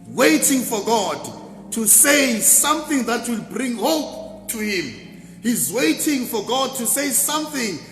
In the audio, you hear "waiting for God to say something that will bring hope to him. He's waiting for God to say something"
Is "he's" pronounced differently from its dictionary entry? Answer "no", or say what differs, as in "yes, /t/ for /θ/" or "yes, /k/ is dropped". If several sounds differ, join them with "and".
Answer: no